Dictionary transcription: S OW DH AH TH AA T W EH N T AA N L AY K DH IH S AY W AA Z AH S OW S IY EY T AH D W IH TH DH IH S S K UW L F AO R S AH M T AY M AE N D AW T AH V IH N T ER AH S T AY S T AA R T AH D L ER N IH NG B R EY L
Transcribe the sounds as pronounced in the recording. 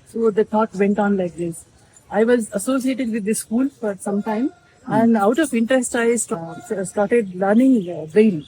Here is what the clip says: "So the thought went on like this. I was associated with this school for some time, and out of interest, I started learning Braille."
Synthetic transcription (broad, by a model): S OW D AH T AA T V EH N T AA N L AY K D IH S AY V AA Z AH S OW S IY EY T AH D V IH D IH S S K UW L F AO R S AH M T AY M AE N D AW T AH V IH N T ER AH S T AY S T AA R T AH D L ER N IH NG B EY L